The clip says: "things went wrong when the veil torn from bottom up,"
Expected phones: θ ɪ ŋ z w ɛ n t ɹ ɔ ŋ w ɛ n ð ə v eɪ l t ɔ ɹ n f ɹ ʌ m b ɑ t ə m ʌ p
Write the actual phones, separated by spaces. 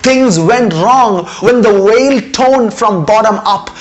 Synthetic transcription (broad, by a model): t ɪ ŋ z w ɛ n t ɹ ɔ ŋ w ɛ n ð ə w eɪ l t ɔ n f ɹ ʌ m b ɑ t ə m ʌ p